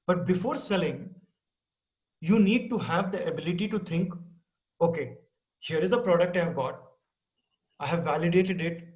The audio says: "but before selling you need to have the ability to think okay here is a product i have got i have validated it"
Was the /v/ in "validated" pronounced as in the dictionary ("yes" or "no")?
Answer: yes